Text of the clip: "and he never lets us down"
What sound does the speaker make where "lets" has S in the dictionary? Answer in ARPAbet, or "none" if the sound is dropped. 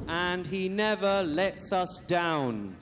S